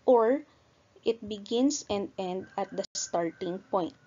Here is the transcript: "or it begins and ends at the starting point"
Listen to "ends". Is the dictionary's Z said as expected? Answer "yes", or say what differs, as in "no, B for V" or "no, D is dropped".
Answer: no, Z is dropped